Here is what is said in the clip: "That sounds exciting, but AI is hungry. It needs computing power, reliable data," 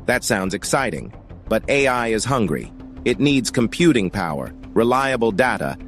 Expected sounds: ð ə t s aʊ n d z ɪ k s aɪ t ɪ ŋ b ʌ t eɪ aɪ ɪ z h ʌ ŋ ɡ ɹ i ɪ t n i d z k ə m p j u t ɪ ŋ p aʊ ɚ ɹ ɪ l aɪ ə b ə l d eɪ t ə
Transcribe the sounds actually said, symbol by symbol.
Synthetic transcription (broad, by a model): ð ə t s aʊ n d z ɪ k s aɪ t ɪ ŋ b ʌ t eɪ aɪ ɪ z h ʌ ŋ ɡ ɹ i ɪ t n i d z k ə m p j u t ɪ ŋ p aʊ ɚ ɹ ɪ l aɪ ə b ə l d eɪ t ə